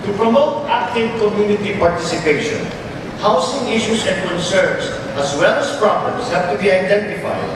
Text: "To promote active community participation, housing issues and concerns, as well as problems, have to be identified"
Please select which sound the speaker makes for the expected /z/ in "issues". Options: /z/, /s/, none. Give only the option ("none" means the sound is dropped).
/s/